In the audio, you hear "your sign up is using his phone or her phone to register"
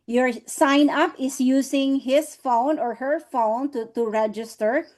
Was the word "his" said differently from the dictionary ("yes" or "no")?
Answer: yes